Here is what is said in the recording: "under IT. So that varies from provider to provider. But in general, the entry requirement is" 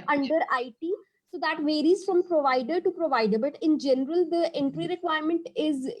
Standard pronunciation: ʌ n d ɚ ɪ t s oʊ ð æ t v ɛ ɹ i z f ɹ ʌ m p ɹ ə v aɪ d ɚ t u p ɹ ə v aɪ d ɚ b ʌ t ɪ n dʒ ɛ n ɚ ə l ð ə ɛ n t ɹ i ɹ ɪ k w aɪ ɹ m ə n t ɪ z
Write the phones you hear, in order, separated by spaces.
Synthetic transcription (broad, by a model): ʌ n d ɚ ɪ t s oʊ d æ t v ɛ ɹ i z f ɹ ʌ m p ɹ ə v aɪ d ɚ t u p ɹ ə v aɪ d ɚ b ʌ t ɪ n dʒ ɛ n ɚ ə l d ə ɛ n t ɹ i ɹ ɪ k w aɪ ɹ m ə n t ɪ z